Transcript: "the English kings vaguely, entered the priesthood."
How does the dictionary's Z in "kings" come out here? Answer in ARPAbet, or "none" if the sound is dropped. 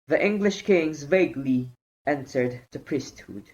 Z